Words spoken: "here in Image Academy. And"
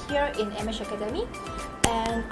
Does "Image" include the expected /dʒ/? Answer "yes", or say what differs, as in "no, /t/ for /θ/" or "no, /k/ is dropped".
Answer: no, /ʃ/ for /dʒ/